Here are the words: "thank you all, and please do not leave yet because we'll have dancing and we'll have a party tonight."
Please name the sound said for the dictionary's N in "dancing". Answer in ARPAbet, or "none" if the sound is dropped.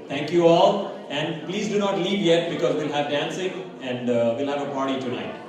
N